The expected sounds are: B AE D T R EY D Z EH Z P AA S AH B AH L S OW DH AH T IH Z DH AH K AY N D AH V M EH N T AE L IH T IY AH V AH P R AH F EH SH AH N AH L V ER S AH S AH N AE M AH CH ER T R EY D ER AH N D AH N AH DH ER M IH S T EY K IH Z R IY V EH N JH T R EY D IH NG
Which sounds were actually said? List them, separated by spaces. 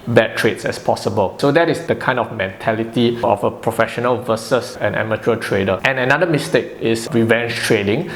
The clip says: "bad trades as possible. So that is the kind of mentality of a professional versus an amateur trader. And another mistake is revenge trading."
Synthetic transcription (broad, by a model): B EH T R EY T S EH S P AA S AH B AH L S OW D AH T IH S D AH K AY N D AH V M EH N T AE L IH T IY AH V AH P R AH F EH SH AH N AH L V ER S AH S AH N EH M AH CH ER T R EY D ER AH N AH N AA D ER M IH S T EY K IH S R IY V EH N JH T R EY D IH NG